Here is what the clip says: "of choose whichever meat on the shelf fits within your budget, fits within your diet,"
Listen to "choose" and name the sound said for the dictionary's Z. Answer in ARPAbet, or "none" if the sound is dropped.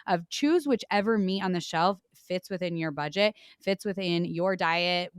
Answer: Z